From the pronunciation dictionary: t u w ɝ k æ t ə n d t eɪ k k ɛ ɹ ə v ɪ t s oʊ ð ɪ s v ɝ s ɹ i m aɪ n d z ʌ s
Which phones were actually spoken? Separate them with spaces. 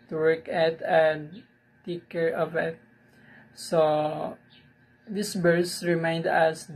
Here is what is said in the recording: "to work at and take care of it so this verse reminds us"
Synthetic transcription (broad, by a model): t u w ɝ k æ t ə n d t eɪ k k ɛ ɹ ə v ɪ t s oʊ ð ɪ s b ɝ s ɹ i m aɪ n d ʌ s